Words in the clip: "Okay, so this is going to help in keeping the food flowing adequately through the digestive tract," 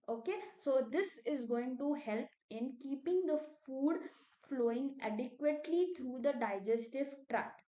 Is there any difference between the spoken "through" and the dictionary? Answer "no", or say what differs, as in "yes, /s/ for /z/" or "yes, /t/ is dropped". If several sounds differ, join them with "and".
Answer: yes, /t/ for /θ/